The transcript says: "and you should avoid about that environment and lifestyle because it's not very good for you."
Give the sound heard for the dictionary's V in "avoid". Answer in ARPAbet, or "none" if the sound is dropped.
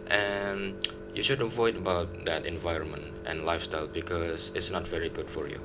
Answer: V